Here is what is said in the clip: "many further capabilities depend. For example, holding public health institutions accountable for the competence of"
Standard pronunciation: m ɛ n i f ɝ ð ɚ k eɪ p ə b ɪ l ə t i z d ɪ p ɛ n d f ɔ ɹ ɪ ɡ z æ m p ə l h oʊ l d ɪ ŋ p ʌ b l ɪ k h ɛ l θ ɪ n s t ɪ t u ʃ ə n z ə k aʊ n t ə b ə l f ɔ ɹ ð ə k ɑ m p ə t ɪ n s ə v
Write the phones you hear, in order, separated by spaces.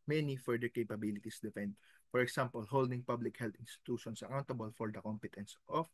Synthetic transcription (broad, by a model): m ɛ n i f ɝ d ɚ k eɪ p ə b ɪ l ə t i s d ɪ f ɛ n d f ɔ ɹ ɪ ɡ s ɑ m p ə l h oʊ l d ɪ ŋ p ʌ b l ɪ k h ɛ l t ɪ n s t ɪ t u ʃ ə n s ə k aʊ n t ə b ə l f ɔ ɹ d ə k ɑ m p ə t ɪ n s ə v